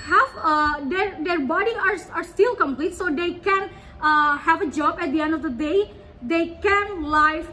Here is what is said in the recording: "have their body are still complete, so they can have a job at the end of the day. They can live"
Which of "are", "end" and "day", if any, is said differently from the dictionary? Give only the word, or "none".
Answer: none